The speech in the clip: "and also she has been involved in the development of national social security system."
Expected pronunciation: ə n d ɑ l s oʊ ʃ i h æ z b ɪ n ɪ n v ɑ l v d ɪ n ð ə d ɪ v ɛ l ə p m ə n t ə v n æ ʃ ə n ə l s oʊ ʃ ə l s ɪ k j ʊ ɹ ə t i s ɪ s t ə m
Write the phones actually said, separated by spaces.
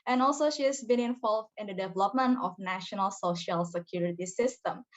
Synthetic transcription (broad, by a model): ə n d ɑ l s oʊ ʃ i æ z b ɪ n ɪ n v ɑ l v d ɪ n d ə d ɪ v ɛ l ə p m ə n t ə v n æ ʃ ə n ə l s oʊ ʃ ə l s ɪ k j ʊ ɹ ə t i s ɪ s t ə m